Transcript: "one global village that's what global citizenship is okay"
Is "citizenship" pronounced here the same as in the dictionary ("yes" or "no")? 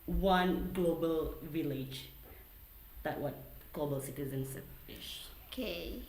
no